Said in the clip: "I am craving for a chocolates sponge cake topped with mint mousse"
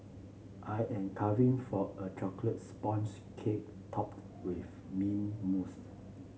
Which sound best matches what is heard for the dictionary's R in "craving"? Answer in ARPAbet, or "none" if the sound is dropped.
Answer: none